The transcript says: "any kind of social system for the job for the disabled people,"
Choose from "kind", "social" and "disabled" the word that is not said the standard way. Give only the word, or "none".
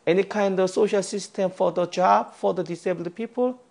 disabled